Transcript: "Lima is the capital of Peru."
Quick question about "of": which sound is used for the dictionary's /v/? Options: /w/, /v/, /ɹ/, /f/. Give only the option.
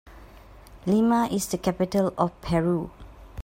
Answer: /f/